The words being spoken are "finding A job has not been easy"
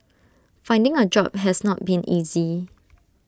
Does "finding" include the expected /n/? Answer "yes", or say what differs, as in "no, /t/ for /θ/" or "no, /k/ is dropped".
yes